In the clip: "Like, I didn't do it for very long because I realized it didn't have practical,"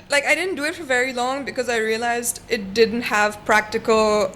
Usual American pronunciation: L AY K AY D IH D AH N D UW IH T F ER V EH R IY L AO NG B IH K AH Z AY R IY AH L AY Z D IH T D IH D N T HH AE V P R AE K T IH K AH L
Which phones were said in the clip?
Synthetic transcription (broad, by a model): L AY K AY D IH D N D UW IH T F ER V EH R IY L AO NG B IH K AH Z AY R IY AH L AY Z D IH T D IH D N T HH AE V P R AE K T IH K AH L